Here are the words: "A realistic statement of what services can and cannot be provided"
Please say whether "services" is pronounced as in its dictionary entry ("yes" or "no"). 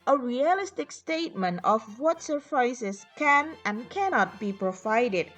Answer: no